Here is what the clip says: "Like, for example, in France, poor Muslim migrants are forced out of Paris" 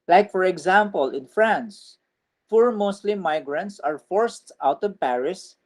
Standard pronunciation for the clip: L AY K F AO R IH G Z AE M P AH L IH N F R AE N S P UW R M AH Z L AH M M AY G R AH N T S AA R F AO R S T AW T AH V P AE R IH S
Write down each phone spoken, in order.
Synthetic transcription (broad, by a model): L AY K F AO R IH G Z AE M P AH L IH N F R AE N S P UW R M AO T L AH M M AY G R AH N T S AA R F AO R S T AW T AH V P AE R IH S